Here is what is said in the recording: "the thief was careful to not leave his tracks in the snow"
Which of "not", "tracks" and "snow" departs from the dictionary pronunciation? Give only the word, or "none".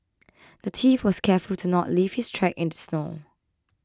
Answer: tracks